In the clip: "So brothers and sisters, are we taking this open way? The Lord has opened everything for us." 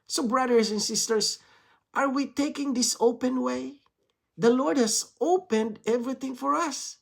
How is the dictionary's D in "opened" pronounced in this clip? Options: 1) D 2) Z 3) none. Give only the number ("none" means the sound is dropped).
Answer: 1